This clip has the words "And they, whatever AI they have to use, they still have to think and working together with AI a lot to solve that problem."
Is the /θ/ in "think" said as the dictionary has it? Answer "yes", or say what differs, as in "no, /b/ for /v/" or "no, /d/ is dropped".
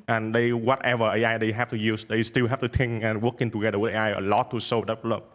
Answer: no, /t/ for /θ/